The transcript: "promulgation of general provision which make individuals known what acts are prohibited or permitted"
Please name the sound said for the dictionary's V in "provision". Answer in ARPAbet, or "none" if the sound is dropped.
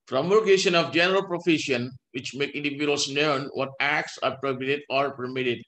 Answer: F